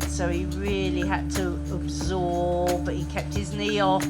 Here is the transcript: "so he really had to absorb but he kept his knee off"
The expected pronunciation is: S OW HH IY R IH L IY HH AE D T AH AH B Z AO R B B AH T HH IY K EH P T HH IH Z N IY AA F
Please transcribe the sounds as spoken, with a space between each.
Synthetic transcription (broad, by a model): S OW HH IY R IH L IY HH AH D T AH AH B Z AO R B B AH T HH IY K EH P T HH IH Z N IY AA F